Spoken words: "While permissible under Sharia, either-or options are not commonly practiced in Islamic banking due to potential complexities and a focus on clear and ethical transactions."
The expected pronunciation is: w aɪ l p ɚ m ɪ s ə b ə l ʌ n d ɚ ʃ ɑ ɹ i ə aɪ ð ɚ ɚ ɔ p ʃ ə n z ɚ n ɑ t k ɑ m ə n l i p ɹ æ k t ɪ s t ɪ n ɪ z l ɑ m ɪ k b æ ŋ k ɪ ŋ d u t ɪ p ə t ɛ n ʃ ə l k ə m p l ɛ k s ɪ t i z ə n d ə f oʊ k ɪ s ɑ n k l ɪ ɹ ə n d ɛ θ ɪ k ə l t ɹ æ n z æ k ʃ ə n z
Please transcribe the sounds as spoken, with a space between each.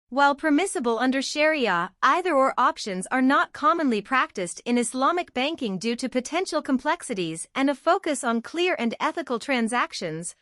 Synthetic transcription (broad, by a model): w aɪ l p ɚ m ɪ s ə b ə l ʌ n d ɚ ʃ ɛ ɹ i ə aɪ ð ɚ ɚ ɔ p ʃ ə n z ɚ n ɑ t k ɑ m ə n l i p ɹ æ k t ɪ s t ɪ n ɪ s l ɑ m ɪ k b æ ŋ k ɪ ŋ d u t ɪ p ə t ɛ n ʃ l k ə m p l ɛ k s ɪ t i z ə n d ə f oʊ k ɪ s n k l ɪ ɹ ə n d ɛ θ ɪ k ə l t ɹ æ n z æ k ʃ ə n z